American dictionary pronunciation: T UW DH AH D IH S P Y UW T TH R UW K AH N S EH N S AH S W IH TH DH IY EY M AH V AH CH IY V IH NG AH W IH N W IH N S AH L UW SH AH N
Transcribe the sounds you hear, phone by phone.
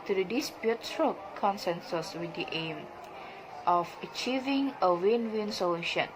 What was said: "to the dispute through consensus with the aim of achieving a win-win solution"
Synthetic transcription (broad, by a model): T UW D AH D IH S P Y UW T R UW K AH N S EH N S AH S W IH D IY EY M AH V AH CH IY V IH NG AH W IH N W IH N S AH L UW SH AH N